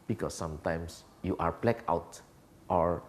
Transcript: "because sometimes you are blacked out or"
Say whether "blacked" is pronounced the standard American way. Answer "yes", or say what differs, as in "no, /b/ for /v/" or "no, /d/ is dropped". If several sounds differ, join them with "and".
no, /t/ is dropped